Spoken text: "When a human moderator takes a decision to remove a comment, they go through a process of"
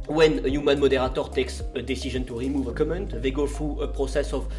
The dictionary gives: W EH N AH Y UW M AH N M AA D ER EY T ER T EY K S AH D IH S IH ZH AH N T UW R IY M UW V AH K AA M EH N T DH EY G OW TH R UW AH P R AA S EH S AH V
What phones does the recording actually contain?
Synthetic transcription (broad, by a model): W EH N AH Y UW M AH N M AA D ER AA T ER T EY K S AH D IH S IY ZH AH N T UW R IY M UW V AH K AA M EH N T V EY G OW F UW AH P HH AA S EH S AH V